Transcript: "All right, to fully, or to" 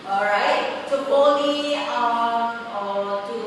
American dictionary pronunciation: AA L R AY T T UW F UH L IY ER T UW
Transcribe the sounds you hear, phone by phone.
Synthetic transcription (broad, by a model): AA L R AY T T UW P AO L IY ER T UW